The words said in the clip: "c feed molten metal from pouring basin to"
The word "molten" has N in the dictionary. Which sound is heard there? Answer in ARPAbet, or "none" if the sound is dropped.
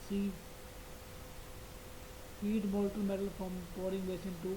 L